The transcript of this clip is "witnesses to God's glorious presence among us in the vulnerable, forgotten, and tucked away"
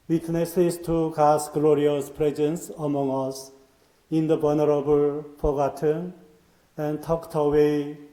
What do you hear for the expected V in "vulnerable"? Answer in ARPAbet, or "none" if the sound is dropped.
B